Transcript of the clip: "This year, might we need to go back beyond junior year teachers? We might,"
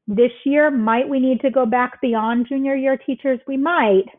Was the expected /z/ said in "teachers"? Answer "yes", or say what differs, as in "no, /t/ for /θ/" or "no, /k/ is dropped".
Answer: yes